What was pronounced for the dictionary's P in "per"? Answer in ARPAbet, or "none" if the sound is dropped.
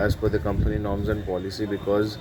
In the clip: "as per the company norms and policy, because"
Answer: F